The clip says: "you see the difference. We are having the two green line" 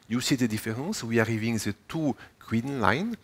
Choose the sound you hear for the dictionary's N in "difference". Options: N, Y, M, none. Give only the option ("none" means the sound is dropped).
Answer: none